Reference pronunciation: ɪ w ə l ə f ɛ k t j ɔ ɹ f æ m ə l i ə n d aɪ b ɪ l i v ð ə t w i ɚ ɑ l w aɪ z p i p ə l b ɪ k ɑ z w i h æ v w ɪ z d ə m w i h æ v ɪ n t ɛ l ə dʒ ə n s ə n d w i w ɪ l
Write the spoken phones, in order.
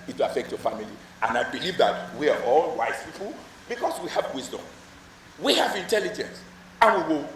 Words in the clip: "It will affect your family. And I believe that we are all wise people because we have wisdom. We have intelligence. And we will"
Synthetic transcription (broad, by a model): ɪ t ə ə f ɛ k t j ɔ f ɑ m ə l i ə n aɪ b ɪ l i v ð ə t w i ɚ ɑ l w aɪ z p i p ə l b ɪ k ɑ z w i h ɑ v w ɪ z d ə m w i h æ v ɪ n t ɛ l ə dʒ ə n s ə n w i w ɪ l